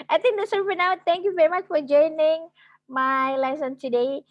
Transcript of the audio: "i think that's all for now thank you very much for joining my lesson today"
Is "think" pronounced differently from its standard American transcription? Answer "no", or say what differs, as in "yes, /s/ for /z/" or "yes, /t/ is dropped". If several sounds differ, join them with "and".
yes, /t/ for /θ/